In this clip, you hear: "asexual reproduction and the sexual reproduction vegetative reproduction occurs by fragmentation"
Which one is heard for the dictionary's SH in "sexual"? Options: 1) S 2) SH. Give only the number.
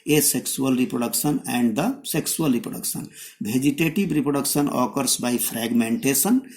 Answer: 1